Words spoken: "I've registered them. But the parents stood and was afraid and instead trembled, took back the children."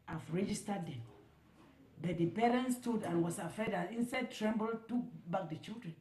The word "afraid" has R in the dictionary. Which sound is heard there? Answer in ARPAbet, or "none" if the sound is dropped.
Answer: none